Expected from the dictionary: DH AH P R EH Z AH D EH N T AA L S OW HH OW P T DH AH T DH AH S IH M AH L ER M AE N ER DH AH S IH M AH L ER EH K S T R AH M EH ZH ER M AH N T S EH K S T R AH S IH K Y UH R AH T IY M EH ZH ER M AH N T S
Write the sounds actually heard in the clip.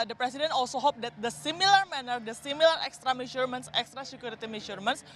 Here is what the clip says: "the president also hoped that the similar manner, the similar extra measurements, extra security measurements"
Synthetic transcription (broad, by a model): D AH P R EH S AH D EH N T AA L S OW HH OW P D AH T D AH S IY M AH L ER M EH N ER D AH S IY M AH L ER EH K S T R AH M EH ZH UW M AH N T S EH K S T R AH S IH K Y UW R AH T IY M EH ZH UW M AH N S